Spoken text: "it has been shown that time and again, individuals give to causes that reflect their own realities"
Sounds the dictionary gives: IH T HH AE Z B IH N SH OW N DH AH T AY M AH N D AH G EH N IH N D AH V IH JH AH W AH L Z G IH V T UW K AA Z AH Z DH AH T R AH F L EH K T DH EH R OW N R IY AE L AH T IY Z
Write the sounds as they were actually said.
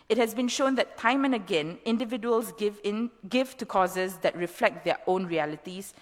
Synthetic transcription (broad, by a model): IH T HH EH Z B IH N SH OW N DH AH T AY M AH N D AH G EH N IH N D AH V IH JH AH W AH L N G IH V T UW K AA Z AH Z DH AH T R AH F L EH K T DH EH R OW N R IY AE L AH T IY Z